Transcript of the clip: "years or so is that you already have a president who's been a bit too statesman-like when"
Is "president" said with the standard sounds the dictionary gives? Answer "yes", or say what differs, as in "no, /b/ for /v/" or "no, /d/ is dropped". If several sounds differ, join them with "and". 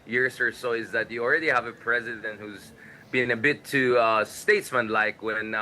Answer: yes